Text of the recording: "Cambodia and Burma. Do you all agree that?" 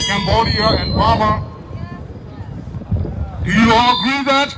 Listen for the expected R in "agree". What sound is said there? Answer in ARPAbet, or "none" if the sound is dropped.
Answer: none